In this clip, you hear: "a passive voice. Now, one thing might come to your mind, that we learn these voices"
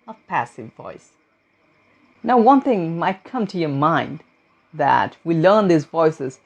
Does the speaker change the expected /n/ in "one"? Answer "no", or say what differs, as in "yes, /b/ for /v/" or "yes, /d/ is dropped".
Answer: no